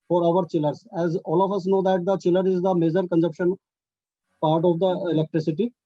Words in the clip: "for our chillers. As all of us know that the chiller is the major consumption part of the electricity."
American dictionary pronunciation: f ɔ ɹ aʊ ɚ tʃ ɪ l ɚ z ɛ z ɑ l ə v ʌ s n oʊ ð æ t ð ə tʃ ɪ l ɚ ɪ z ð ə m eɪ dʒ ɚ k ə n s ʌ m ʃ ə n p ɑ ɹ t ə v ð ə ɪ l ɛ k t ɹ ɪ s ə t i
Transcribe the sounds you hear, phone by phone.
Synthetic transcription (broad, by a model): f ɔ ɹ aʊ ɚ tʃ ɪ l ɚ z ɛ z ɑ l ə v ʌ s n oʊ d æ t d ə tʃ ɪ l ɚ ɪ z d ə m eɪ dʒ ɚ k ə n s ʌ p ʃ ə n p ɑ ɹ t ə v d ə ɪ l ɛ k t ɹ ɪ s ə t i